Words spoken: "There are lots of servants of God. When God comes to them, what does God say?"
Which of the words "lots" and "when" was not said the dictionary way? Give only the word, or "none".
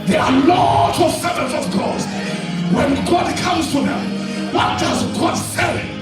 lots